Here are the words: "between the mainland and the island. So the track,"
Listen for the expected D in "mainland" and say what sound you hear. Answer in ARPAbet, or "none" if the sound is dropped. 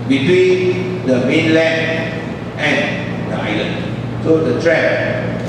none